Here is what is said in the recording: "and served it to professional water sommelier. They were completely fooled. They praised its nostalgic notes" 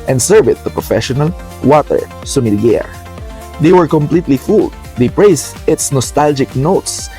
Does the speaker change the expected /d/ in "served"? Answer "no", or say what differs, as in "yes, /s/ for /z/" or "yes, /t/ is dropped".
yes, /d/ is dropped